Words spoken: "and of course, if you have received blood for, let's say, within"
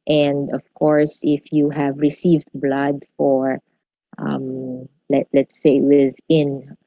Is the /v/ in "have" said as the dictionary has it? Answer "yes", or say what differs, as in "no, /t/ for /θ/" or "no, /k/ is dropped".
yes